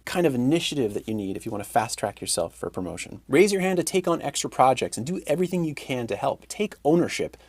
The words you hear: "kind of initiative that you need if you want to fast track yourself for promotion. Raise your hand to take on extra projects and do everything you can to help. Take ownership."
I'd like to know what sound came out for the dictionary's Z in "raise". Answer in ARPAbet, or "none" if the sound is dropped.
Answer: Z